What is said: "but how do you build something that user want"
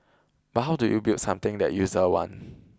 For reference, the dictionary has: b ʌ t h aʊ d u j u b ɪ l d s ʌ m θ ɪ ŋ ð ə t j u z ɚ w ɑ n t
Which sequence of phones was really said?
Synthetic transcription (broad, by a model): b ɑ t h aʊ d u j u b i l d s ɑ m t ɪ ŋ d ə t j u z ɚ w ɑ n